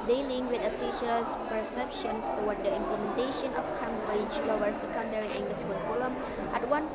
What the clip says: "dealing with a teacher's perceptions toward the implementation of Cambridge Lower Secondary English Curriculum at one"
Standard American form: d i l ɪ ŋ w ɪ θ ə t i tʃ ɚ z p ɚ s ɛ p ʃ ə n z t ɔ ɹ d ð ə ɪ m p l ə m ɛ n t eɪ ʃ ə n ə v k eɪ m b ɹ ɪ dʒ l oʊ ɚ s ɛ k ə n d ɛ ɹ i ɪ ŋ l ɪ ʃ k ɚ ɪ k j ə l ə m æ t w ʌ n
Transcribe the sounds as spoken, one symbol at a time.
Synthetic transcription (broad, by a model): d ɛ l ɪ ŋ w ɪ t ə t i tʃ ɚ s p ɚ s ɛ p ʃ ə n s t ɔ w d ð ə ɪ m p l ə m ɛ n t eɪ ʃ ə n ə f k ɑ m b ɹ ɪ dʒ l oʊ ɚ s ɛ k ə n d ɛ ɹ i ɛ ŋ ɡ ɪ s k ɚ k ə l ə m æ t w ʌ n